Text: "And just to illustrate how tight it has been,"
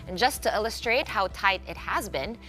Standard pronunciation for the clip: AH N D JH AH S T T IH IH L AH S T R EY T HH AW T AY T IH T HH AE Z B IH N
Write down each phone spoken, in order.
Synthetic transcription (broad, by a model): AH N JH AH S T T IH IH L AH S T R EY T HH AW T AY T IH T HH AE Z B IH N